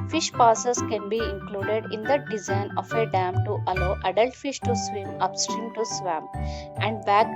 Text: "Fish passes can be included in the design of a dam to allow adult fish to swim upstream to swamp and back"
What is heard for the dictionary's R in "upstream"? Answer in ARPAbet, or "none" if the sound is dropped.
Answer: R